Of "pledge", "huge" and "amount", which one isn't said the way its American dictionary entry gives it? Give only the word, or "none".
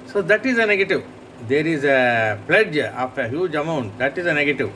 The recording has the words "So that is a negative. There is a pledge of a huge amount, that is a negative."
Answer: none